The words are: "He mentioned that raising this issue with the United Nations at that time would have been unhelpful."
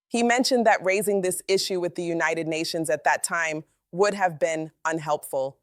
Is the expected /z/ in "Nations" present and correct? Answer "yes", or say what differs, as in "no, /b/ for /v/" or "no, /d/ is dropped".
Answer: yes